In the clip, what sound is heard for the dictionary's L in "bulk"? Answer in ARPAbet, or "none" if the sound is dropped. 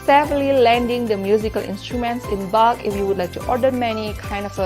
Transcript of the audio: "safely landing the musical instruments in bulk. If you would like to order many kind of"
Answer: none